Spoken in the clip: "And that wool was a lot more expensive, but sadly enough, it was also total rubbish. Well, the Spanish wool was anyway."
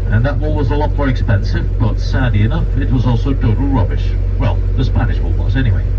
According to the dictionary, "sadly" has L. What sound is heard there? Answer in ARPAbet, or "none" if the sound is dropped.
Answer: none